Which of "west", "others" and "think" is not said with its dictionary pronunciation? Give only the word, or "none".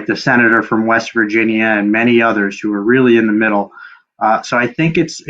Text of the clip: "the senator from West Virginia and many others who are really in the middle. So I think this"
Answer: none